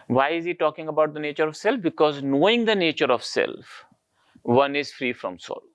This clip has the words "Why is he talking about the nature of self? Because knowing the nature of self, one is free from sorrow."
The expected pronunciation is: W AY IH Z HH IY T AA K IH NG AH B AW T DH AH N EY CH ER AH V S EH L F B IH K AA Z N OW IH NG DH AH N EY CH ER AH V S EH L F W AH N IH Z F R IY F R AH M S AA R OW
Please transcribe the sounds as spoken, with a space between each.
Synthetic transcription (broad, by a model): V AY IH Z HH IY T AA K IH NG AH B AW T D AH N EY CH ER AH V S EH L F B IH K AA Z N OW IH NG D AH N EY CH ER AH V S EH L F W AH N IH Z F R IY F R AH M S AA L